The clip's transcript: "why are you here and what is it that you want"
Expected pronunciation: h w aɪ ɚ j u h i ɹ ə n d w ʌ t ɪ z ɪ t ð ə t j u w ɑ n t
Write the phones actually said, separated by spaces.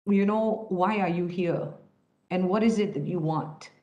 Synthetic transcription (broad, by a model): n w aɪ ɚ j u h i ɹ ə n w ʌ t ɪ z ɪ t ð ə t j u w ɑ n t